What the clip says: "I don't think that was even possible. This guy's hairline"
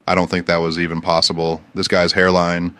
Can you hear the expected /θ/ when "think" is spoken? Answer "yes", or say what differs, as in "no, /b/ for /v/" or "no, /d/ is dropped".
yes